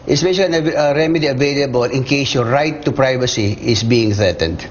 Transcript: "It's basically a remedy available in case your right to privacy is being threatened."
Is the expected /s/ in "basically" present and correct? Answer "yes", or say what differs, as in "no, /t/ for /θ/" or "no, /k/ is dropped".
no, /ʃ/ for /s/